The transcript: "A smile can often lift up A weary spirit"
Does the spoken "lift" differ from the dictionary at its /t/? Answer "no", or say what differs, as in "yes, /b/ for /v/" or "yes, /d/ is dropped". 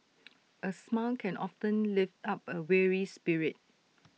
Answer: no